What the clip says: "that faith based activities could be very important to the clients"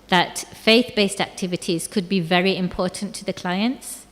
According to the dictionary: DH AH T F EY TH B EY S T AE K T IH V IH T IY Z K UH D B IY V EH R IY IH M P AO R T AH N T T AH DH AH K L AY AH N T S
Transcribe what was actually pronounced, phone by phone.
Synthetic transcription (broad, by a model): DH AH T F EY TH B EY S T AE K T IH V IH T IY Z K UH D B IY V EH R IY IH M P AO R T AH N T T AH DH AH K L AY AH N T S